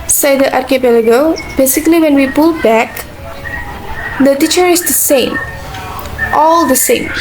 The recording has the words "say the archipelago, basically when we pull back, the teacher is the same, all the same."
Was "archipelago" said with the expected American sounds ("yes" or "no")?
yes